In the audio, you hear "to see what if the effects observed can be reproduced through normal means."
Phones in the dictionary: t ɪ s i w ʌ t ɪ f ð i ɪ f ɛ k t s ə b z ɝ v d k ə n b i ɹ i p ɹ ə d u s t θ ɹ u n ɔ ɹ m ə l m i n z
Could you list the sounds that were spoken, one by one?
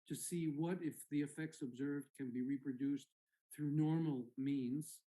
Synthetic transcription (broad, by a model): t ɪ s i w ʌ t ɪ f ð i ɪ f ɛ k t s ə b z ɝ v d k ə n b i ɹ i p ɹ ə d u s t θ ɹ u n ɔ ɹ m l m i n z